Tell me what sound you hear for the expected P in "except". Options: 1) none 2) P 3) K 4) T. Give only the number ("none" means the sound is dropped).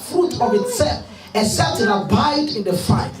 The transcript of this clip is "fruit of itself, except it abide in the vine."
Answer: 1